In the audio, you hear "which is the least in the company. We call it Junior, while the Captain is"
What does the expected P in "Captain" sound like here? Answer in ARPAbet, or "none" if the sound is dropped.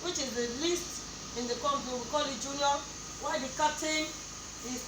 none